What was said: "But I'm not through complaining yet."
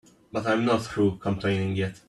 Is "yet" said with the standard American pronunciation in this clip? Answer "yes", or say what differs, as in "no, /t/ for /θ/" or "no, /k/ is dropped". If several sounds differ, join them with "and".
yes